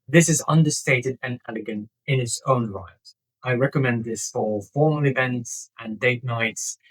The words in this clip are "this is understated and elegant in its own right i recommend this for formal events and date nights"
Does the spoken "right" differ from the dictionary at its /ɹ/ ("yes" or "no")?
yes